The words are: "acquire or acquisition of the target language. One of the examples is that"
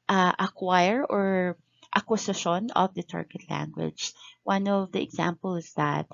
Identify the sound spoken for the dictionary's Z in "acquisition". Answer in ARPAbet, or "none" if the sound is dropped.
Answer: S